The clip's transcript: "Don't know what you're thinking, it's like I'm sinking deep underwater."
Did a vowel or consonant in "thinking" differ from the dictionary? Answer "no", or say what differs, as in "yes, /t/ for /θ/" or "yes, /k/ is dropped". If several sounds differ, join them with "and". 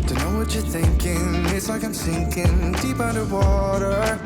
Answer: no